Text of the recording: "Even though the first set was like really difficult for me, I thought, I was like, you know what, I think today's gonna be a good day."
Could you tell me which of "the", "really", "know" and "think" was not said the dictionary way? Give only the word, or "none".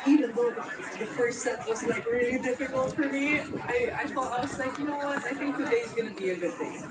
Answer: none